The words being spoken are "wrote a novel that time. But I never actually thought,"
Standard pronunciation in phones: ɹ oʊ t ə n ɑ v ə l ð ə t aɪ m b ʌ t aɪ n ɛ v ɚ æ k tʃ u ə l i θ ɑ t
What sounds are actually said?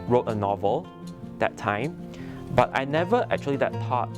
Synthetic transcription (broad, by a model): ɹ oʊ t ə n ɑ v ə l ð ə t aɪ m b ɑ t aɪ n ɛ v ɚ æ k tʃ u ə l i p ɑ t